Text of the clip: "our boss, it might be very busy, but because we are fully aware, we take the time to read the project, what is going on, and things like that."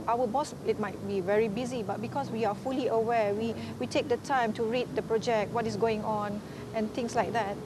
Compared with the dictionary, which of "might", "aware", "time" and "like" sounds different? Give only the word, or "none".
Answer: aware